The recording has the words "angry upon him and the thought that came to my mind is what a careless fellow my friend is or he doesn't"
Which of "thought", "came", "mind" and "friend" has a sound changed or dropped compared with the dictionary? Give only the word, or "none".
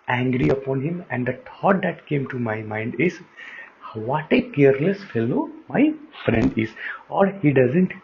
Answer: thought